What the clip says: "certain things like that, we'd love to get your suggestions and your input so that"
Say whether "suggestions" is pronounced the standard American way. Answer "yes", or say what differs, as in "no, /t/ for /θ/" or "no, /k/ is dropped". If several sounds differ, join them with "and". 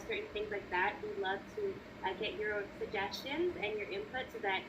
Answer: yes